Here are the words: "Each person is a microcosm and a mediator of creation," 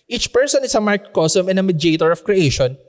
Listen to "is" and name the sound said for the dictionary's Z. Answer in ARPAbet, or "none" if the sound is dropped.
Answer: S